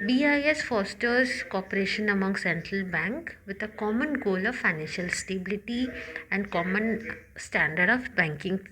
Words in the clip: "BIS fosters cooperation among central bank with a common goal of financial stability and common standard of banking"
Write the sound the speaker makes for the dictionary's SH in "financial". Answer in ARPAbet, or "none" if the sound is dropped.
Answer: SH